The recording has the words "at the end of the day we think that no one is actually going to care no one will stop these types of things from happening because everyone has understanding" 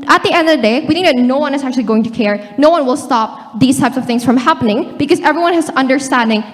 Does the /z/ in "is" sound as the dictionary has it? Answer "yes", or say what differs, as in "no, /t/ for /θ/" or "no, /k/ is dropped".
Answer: yes